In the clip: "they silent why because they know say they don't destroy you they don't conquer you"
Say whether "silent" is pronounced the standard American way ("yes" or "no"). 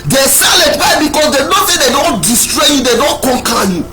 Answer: no